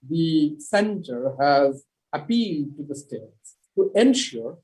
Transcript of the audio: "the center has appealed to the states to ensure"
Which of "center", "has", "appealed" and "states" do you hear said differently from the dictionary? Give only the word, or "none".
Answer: none